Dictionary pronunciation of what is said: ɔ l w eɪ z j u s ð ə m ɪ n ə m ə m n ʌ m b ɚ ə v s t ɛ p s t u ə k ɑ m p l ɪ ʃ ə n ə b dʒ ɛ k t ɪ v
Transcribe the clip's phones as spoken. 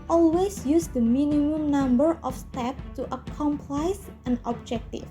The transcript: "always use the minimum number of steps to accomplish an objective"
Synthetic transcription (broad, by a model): ɔ l w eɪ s j u s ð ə m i n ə m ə m n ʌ m b ɚ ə f s t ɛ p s t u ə k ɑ m p l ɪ s ə n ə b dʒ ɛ k t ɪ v